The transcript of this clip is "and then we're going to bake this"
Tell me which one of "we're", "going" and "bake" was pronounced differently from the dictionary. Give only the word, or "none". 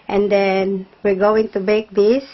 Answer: none